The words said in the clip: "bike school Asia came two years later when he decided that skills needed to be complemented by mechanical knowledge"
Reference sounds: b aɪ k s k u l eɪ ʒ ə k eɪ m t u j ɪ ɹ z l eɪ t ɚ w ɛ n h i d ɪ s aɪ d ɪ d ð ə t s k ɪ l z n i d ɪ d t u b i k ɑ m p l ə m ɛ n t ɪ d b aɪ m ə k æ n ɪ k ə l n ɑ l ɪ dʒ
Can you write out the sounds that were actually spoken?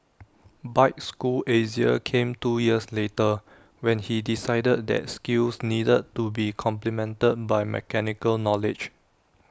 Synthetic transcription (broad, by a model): b aɪ k s k u l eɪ z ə k eɪ m t u j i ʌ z l eɪ t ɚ w ɛ n h i d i s aɪ d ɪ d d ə t s k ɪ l s n i d ɪ d t u b i k ɑ m p l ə m ɛ n t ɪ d b aɪ m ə k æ n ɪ k ə l n ɑ l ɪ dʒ